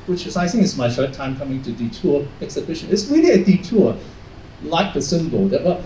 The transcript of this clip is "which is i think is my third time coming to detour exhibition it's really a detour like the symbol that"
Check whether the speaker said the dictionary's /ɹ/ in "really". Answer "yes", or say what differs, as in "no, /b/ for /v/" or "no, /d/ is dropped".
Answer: no, /w/ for /ɹ/